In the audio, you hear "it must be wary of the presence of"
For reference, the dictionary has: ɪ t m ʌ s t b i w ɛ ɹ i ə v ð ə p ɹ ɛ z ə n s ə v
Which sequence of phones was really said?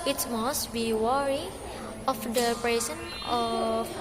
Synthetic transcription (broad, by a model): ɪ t m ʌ s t b i w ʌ ɹ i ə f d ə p ɹ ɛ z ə n ə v